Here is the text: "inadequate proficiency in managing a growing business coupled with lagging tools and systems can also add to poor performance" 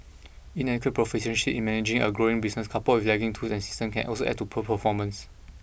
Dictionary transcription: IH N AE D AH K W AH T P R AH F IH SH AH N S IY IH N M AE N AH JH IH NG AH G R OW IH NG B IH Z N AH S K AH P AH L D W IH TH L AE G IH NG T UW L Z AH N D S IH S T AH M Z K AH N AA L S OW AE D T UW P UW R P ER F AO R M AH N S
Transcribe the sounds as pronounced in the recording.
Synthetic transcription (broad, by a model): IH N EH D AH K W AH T P R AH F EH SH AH N SH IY IH N M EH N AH JH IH NG AH G R OW IH NG B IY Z N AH S K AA P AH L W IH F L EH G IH NG T UW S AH N S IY S T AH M K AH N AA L S OW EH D T UW P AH P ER F AO M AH N S